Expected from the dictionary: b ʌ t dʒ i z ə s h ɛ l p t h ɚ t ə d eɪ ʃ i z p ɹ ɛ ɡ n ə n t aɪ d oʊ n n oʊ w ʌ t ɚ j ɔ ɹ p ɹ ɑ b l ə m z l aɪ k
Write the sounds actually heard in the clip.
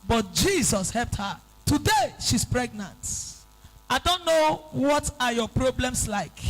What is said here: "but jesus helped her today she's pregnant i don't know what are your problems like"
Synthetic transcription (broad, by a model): b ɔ t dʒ i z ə s h ɛ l p t h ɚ t ə d eɪ ʃ i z p ɹ ɛ ɡ n ə n t aɪ d oʊ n n oʊ w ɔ t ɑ j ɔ p ɹ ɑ b l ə m s l aɪ k